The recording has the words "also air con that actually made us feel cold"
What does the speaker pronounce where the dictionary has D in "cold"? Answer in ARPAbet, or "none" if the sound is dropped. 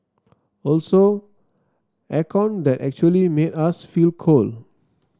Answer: none